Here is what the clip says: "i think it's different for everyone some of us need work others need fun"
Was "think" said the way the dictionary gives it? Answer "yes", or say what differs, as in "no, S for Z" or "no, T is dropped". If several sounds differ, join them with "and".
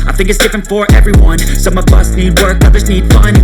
yes